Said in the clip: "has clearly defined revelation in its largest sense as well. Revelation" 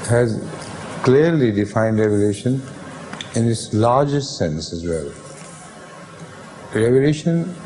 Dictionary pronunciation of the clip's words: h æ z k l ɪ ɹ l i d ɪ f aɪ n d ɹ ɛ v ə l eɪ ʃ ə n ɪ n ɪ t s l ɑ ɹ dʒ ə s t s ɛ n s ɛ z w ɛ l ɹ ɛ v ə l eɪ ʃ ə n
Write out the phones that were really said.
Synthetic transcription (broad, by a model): h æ z k l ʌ ɹ l i d ɪ f aɪ n d ɹ ɛ v ə l eɪ ʃ ə n ɪ n ɪ t s l ɑ ɹ dʒ ə s t s ɛ n s ɛ z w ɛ l ɹ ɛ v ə l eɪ ʃ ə n